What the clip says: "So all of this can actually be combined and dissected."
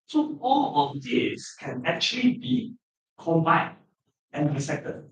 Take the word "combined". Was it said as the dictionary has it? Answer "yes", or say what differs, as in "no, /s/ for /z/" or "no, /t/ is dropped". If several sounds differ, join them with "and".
no, /d/ is dropped